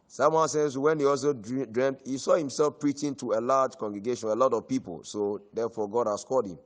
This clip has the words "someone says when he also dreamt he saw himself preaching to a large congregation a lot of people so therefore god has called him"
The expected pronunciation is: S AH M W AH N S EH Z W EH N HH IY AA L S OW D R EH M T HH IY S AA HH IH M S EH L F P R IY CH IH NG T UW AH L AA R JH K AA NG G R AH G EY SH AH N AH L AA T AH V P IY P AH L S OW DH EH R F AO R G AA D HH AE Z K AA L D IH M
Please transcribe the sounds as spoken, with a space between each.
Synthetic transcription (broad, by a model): S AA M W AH N S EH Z W EH N HH IY AA L S OW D R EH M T HH IY S AA HH IH M S EH L F P R IY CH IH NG T UW AH L AA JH K AA NG G R AH G EY SH AH N AH L AA T AH V P IY P AH L S OW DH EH F AO G AA D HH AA S K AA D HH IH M